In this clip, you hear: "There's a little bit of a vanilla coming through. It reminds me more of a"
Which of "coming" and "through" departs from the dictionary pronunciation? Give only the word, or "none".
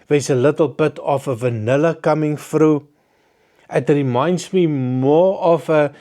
through